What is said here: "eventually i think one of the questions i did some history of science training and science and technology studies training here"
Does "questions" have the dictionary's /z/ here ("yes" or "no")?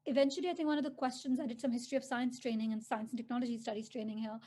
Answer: yes